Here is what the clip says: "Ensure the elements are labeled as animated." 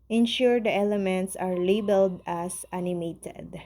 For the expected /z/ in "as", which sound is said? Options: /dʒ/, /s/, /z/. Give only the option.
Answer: /s/